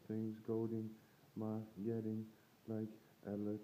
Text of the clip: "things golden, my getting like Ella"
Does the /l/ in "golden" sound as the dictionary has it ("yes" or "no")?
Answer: no